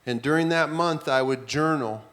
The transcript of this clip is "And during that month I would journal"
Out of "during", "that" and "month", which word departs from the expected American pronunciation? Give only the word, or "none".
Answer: none